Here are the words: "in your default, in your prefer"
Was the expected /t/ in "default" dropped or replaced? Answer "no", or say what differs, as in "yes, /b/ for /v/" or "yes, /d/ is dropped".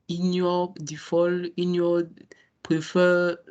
yes, /t/ is dropped